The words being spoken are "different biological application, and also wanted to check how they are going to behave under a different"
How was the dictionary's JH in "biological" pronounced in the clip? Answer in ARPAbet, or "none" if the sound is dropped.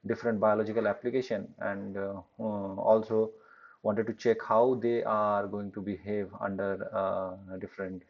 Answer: JH